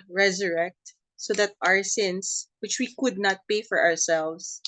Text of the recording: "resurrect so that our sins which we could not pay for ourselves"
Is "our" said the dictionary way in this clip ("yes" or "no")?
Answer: yes